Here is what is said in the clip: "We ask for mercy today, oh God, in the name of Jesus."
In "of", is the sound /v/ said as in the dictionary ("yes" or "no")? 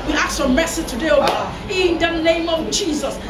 yes